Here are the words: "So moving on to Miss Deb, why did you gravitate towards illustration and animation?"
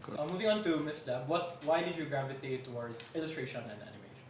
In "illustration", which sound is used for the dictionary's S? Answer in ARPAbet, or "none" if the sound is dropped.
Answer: S